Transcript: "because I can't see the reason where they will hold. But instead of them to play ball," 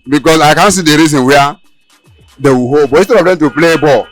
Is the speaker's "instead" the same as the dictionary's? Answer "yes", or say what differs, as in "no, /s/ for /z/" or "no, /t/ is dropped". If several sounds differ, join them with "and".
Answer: no, /n/ is dropped